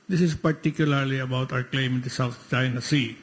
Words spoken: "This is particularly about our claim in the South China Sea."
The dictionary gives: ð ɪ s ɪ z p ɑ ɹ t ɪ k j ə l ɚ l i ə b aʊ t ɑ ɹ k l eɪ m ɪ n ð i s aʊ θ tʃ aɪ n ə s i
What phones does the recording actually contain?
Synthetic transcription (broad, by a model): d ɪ s ɪ z p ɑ ɹ t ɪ k j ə l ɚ l i ə b aʊ t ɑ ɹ k l eɪ m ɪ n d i s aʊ t tʃ aɪ n ə s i